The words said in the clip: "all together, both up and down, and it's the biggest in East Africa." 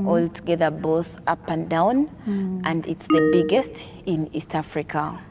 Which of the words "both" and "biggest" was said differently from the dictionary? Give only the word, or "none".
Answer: none